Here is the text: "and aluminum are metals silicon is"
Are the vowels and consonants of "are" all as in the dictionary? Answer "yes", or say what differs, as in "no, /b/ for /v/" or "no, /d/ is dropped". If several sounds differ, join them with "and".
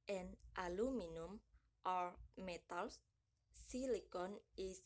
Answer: yes